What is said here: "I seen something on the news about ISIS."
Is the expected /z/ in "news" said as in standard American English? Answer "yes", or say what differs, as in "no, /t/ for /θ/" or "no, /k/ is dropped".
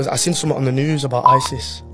yes